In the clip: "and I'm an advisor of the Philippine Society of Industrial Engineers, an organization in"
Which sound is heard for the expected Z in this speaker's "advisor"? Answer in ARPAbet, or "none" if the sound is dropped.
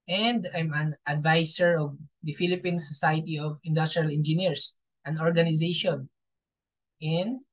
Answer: S